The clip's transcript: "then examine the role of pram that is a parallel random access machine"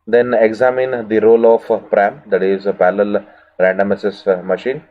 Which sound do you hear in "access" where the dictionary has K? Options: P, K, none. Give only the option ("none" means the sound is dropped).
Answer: none